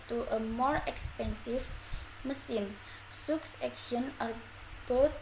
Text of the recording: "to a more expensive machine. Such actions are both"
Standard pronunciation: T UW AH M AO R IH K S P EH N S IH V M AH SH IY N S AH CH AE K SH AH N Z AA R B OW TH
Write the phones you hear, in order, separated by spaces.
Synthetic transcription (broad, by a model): T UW AH M AO R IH K S P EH N S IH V M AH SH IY N S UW S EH K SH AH N AA R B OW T